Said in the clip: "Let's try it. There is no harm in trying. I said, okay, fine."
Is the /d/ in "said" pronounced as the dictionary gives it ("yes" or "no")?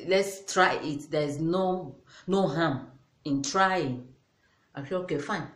no